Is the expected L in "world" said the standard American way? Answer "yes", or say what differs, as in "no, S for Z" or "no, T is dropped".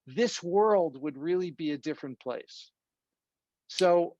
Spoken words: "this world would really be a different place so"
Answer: yes